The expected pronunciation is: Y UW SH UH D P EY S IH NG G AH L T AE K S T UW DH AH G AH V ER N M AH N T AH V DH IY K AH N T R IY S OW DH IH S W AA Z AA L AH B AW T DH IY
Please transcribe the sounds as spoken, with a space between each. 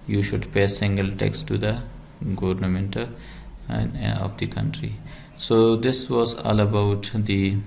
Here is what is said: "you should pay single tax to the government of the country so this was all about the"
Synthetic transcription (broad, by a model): Y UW SH UH D P EY S IH NG G AH L T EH K S T UW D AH G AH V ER N M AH N T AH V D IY K AH N T R IY S OW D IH S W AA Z AA L AH B AW T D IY